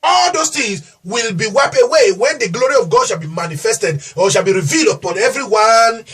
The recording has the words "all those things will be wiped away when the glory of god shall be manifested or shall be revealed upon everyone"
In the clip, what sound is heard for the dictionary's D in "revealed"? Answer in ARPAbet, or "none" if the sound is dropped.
D